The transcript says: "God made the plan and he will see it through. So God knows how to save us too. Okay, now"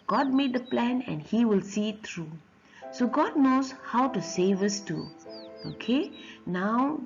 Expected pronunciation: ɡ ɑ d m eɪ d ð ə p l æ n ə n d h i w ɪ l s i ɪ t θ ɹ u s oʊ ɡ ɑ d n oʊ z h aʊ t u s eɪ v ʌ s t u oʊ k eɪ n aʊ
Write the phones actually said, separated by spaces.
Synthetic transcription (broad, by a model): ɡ ɑ d m eɪ d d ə p l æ n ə n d h i w ɪ l s i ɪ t t ɹ u s oʊ ɡ ɑ d n oʊ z h aʊ t u s eɪ v ʌ s t u oʊ k eɪ n aʊ